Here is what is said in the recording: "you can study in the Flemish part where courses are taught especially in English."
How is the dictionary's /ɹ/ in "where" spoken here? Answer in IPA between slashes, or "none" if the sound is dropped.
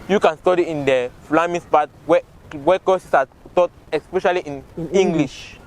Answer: /w/